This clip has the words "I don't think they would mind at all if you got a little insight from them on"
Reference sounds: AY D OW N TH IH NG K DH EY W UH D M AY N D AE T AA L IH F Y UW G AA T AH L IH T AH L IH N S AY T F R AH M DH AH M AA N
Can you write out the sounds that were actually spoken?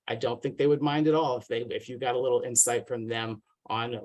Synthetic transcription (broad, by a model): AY D OW N TH IH NG K DH EY W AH D M AY N D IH T AA L IH F Y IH G AA T AH L IH T L IH N S AY T F R AH M DH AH M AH N